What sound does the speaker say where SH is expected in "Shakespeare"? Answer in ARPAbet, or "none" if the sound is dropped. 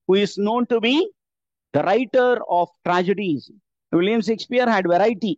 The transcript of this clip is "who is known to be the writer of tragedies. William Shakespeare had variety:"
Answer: S